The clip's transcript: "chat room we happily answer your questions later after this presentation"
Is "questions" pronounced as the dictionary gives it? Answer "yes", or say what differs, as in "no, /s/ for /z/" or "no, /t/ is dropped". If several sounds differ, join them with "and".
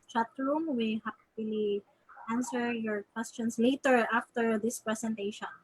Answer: no, /s/ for /z/